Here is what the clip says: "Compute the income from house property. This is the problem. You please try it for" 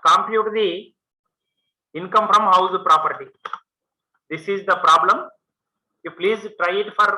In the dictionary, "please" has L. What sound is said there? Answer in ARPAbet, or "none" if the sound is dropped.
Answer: L